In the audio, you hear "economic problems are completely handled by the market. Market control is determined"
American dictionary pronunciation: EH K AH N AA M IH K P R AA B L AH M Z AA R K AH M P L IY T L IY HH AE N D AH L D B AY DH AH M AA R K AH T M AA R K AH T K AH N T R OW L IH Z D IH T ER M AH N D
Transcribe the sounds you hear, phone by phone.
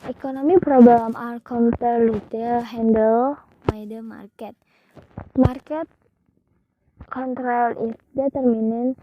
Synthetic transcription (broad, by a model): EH K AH N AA M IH P R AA B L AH M AA L K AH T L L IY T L HH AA N D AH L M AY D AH M AA R K AH T M AA R K AH T K AH N T R OW L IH S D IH T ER M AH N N